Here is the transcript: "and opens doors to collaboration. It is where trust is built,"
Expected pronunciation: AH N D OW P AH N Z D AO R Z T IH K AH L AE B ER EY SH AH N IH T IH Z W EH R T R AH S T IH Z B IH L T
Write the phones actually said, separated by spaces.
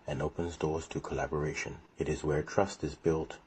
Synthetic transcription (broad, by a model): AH N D OW P AH N Z D AO R Z T IH K AH L AE B ER EY SH AH N IH T IH Z W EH R T R AH S T IH Z B IH L T